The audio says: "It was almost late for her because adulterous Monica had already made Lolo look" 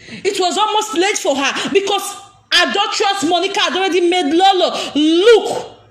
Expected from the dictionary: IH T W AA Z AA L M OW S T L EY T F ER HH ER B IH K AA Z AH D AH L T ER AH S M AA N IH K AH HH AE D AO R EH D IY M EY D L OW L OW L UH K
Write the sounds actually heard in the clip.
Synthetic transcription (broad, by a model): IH T W AA Z AA L M OW S T L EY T F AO HH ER B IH K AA S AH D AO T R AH S M AA N IH K AH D AO R EH D IY M EY D L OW L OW L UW K